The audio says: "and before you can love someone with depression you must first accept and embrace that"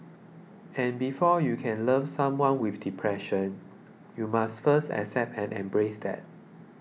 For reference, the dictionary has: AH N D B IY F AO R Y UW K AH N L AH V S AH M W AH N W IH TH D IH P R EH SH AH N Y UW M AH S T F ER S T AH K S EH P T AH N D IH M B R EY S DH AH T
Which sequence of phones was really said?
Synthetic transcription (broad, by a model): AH N B IY F AO Y UW K AH N L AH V S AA M W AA N W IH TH D IH P R EH SH AH N Y UW M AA S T F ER S T AH K S EH P T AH N IH M B R EY S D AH T